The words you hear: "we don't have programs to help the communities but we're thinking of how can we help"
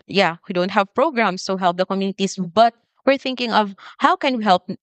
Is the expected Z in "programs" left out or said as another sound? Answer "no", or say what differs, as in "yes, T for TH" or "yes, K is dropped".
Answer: yes, S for Z